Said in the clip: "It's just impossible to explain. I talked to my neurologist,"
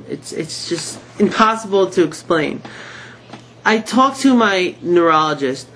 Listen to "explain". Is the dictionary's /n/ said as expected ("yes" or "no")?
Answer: yes